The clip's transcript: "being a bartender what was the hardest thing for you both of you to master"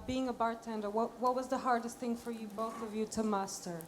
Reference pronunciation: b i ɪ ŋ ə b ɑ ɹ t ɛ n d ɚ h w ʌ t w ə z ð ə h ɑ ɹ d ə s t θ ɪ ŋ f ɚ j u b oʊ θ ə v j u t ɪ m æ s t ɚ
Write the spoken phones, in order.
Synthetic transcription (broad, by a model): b i ɪ ŋ ə b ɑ ɹ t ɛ n d ɚ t w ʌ t w ə z ð ə h ɑ ɹ d ə s t θ ɪ ŋ f ɚ j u b oʊ θ ə v j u t ɪ m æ s t ɚ